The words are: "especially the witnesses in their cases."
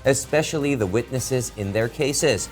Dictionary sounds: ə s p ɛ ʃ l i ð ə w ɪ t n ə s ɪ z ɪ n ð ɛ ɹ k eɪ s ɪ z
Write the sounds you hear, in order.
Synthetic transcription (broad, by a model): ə s p ɛ ʃ l i ð ə w ɪ t n ə s ɪ z ɪ n ð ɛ ɹ k eɪ s ɪ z